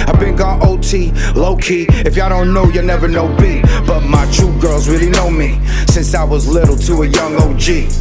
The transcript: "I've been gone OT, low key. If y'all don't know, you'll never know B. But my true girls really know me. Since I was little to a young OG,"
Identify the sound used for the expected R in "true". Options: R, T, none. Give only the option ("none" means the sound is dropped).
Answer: none